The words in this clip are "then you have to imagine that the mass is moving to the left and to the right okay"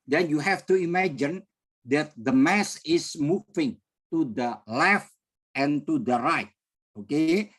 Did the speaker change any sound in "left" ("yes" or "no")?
no